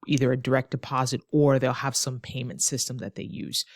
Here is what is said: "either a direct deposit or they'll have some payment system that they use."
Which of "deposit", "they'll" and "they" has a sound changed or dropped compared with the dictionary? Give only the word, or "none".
none